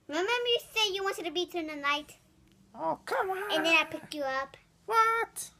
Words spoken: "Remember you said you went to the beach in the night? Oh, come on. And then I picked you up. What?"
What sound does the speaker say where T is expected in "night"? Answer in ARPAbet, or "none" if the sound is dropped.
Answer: T